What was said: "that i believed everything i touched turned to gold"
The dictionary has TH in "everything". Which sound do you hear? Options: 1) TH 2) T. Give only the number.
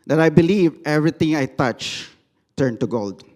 2